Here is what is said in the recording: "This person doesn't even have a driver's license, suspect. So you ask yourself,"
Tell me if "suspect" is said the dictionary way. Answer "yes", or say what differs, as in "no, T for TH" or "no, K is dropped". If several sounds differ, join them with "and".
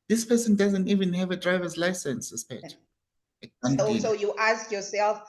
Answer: no, K is dropped